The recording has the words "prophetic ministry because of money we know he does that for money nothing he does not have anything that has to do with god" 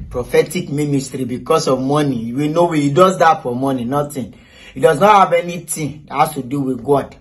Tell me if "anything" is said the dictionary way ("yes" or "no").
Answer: no